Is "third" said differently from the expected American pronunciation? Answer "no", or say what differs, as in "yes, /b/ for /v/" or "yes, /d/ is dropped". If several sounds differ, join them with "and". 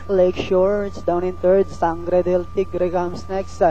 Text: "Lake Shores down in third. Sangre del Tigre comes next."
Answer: yes, /t/ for /θ/